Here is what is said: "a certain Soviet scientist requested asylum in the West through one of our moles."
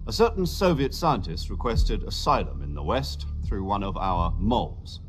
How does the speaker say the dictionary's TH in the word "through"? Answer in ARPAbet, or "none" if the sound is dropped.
TH